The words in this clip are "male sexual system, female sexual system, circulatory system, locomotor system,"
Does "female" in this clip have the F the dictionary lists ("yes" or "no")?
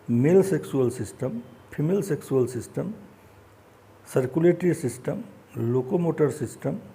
no